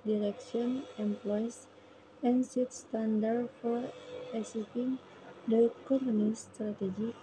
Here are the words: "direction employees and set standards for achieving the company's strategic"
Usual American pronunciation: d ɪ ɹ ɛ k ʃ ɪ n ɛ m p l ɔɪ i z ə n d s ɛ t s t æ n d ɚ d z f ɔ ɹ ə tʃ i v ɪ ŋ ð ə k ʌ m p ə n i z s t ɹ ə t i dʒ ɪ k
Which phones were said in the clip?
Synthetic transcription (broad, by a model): d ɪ ɹ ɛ k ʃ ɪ n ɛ m p l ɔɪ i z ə n s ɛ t s t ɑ n d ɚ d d f ɔ ɹ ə s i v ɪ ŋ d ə k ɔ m ə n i s t ɹ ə t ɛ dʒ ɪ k